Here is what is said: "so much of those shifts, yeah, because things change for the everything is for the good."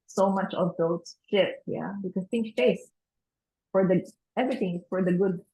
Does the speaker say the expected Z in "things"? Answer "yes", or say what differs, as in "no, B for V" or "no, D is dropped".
no, Z is dropped